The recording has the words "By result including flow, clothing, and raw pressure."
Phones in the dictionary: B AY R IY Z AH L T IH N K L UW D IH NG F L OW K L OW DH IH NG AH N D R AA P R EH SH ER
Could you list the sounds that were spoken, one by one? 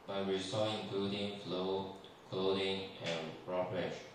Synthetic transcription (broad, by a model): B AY W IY S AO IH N K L UW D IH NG F L OW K L OW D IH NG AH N R AA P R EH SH